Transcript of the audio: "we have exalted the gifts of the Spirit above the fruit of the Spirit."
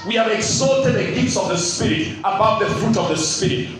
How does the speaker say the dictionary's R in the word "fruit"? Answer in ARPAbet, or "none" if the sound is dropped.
R